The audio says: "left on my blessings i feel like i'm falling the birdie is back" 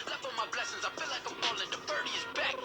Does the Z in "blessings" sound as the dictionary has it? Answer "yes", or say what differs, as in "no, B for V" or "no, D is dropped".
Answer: yes